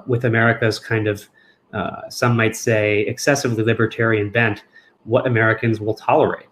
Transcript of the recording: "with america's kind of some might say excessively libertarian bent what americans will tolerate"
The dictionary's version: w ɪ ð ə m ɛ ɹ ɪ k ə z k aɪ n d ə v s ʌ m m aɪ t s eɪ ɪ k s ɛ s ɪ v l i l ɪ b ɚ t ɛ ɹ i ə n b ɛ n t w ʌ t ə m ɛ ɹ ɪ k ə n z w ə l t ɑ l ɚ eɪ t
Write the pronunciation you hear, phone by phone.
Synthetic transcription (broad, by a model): w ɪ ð ə m ɛ ɹ ɪ k ə z k aɪ n d ə v s ʌ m m aɪ t s eɪ ɪ k s ɛ s ɪ v l i l ɪ b ɚ t ɛ ɹ i ə n b ɛ n t w ʌ t ə m ɛ ɹ ɪ k ə n z w ə l t ɑ l ɚ eɪ t